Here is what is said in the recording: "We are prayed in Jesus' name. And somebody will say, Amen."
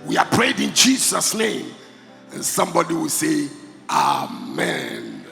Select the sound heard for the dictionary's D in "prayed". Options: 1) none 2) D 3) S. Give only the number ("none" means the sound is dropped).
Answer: 2